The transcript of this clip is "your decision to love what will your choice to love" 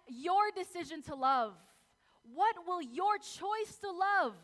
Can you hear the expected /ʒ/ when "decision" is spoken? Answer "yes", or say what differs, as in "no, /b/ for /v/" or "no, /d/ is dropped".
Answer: yes